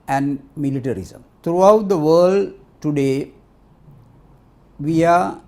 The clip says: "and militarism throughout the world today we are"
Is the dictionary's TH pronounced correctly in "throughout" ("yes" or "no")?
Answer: no